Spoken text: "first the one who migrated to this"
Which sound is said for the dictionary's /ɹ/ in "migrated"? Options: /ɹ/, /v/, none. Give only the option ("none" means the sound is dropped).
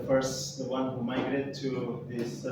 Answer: none